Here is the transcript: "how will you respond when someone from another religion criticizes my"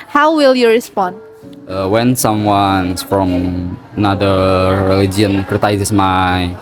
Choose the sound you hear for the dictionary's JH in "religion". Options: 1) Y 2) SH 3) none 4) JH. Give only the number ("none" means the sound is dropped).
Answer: 3